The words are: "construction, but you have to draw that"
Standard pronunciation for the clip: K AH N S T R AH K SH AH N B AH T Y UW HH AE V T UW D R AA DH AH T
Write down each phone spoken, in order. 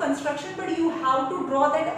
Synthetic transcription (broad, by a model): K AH N S T R AH K SH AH N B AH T Y UW HH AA W T UW D R AA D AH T